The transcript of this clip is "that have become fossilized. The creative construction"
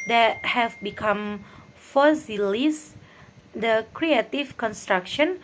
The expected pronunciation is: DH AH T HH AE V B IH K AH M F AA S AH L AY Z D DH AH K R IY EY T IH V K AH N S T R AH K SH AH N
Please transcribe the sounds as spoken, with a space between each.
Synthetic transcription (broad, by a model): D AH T HH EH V B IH K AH M F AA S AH L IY S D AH K R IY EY T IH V K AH N S T R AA K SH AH N